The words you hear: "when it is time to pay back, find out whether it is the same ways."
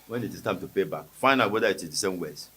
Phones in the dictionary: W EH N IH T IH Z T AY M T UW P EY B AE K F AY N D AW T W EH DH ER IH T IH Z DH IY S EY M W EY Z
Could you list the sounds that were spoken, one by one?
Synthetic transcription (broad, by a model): W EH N IH T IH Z T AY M T UW P EY B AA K F AY N AW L W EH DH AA IH T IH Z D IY S EY M W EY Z